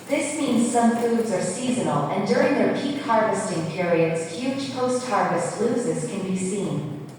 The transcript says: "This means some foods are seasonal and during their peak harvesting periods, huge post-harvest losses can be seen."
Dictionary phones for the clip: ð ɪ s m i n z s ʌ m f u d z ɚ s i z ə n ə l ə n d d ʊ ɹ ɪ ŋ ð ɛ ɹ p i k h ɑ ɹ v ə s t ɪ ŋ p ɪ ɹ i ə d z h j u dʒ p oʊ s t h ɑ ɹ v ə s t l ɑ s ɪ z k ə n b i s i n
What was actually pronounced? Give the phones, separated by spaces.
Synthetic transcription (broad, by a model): ð ɪ s m i n z s ʌ m f u d z ɚ s i z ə n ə l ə n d d ʊ ɹ ɪ ŋ ð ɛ ɹ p i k h ɑ ɹ v ə s t ɪ ŋ p ɪ ɹ i ə d z h j u dʒ p oʊ s t h ɑ ɹ v ə s t l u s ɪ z k ə n b i s i n